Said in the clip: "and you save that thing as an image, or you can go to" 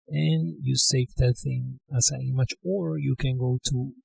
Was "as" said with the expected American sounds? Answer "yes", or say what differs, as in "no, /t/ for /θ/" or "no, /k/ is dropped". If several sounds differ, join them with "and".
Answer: no, /s/ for /z/